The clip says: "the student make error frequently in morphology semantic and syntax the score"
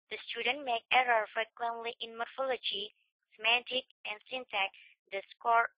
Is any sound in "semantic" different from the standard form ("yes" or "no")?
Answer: no